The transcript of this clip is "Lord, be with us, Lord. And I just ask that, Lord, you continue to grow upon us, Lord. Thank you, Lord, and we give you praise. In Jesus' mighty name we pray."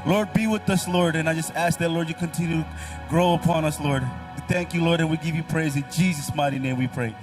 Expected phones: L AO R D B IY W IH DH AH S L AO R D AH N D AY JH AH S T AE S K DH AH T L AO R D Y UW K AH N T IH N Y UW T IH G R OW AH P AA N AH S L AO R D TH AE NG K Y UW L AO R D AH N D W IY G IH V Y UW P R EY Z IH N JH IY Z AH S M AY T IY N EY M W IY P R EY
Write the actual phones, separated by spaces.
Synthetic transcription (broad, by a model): L AO R D B IY W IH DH AH S L AO R D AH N AY JH AH S T AE S K DH AH T L AO R D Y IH K AH N T IH N Y UW T IH G R OW AH P AA N AH S L AO R D TH AE NG K Y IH L AO R D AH N W IY G IH V Y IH P R EY Z IH N JH IY Z AH S M AY T IY N EY M W IY P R EY